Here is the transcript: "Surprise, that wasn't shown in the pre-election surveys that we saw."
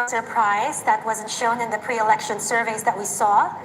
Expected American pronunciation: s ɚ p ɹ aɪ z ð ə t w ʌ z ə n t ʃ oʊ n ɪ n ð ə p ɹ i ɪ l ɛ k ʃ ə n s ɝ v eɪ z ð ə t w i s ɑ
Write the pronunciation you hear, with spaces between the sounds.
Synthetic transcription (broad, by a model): s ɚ p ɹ aɪ z ð ə t w ʌ z ə n t ʃ oʊ n ɪ n ð ə p ɹ i ɪ l ɛ k ʃ ə n s ɝ v eɪ z ð ə t w i s ɑ